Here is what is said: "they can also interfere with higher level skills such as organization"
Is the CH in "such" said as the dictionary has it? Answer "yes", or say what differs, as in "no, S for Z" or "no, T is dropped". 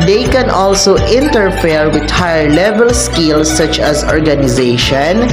yes